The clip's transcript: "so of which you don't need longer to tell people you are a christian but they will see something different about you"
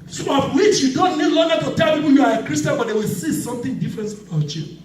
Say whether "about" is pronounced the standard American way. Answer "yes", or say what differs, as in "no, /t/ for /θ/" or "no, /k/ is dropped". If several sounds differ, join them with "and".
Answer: no, /b/ is dropped